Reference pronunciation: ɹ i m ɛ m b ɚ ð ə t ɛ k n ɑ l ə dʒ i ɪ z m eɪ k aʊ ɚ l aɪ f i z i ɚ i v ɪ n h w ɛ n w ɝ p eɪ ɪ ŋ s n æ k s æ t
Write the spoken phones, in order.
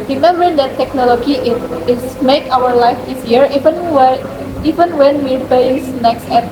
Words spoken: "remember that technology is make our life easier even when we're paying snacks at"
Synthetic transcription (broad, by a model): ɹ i m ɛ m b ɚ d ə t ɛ k n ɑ l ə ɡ i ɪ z m eɪ k aʊ ɚ l aɪ f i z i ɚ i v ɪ n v w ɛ n w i b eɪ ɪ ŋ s n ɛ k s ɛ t